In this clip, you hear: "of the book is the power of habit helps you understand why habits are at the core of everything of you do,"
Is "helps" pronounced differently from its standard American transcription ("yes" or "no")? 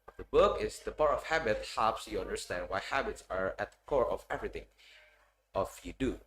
yes